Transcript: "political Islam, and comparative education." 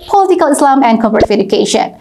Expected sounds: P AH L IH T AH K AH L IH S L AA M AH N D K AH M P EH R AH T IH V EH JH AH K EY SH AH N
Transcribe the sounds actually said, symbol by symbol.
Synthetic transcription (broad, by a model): P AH L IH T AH K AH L IH S L AA M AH N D K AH P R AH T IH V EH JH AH K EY SH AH N